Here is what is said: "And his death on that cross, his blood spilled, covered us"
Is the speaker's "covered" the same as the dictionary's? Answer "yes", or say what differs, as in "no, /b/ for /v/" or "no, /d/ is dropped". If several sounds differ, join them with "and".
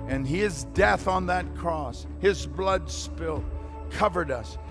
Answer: yes